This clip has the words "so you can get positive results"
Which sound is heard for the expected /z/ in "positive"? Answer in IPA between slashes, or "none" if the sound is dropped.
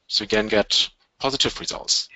/z/